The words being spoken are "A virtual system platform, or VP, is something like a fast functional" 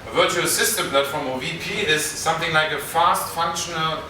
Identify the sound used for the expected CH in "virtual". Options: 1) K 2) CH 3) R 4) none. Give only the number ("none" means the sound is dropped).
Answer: 2